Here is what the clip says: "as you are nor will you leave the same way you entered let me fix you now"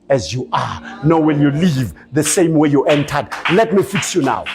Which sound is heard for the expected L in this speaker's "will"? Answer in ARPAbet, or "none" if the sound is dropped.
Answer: N